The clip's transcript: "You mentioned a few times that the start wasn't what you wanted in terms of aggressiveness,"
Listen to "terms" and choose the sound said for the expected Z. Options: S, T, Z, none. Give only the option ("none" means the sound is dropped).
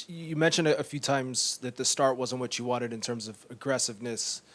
Z